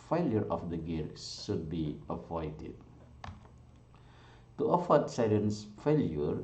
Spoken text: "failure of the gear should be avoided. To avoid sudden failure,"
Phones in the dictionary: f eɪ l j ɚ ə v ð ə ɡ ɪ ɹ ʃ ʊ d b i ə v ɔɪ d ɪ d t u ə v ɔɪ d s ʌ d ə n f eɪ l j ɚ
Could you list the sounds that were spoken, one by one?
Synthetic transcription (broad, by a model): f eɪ l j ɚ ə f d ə ɡ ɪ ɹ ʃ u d b i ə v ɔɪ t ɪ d t u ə f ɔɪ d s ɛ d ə n f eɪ l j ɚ